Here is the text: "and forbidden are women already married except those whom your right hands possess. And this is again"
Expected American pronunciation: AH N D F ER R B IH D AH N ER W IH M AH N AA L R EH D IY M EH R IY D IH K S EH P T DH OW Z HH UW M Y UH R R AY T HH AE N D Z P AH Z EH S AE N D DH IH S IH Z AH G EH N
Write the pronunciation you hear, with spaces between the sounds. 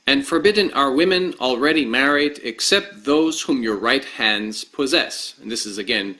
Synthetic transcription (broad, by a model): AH N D F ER R B IH D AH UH ER W IH M AH N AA L R EH D IY M EH R IY D IH K S EH P T DH OW Z HH UW M Y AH R R AY T HH AE N D Z P AH Z EH S N DH IH S IH Z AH G EH N